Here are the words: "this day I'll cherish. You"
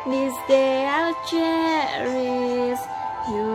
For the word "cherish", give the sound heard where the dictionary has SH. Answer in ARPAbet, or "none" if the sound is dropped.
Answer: S